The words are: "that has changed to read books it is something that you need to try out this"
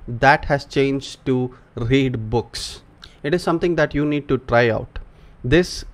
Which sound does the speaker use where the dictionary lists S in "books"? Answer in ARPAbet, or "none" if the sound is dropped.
S